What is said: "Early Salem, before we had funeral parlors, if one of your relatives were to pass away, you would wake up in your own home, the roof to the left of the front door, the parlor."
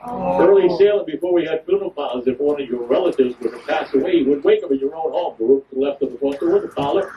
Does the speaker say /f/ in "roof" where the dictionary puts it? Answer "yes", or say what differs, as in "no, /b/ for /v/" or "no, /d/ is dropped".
no, /p/ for /f/